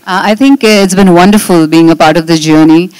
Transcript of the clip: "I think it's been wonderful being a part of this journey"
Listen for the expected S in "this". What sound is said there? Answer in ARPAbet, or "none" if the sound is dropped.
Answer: none